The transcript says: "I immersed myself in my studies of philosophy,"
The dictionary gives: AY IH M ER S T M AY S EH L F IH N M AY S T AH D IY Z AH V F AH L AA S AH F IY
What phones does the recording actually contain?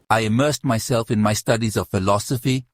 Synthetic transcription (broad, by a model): AY IH M ER S T M AY S EH L F IH N M AY S T AH D IY Z AH V F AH L AA S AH F IY